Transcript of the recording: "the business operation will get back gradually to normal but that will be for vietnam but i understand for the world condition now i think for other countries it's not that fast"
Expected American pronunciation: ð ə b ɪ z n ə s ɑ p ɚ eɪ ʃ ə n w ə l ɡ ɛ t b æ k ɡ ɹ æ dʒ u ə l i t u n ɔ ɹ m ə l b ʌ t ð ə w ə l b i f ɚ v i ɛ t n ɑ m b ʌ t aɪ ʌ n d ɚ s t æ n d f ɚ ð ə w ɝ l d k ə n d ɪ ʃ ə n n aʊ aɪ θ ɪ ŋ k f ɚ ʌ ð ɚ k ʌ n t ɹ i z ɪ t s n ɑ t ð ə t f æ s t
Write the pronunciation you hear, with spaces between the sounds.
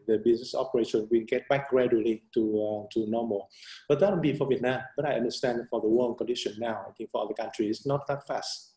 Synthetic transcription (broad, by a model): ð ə b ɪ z n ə s ɑ p ɚ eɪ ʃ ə n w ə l ɡ ɛ t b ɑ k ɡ ɹ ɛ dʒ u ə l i t u n ɔ m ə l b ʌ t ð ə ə n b i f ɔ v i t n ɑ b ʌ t aɪ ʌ n d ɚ s t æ n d f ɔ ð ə w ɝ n k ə n d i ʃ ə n n aʊ aɪ t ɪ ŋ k f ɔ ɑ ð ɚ k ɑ n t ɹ i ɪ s n ɑ t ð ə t f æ s t